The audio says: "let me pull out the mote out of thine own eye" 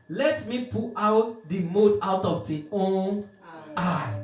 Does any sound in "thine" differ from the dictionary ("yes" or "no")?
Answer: yes